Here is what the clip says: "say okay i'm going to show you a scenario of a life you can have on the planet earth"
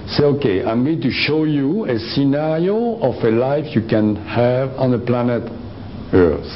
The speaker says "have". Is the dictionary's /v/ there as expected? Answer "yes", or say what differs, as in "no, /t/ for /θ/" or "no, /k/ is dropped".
yes